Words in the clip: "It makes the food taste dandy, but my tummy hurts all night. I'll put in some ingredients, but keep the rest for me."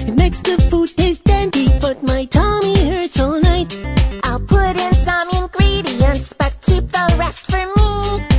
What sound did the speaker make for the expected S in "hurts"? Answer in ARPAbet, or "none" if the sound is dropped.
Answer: none